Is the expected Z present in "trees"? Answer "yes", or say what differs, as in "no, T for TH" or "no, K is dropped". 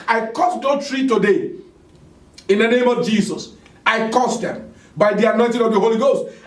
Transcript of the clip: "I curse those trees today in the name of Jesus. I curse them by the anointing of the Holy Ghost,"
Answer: no, Z is dropped